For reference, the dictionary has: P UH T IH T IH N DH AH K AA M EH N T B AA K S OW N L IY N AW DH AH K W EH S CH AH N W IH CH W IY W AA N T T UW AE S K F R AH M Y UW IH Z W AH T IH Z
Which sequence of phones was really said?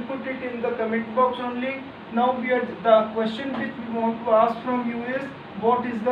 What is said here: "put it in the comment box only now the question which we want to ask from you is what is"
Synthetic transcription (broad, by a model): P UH T IH T IH N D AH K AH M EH T B AA K S OW N L IY N AW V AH K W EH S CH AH N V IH CH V IY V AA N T T UW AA S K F R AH M Y UW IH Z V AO T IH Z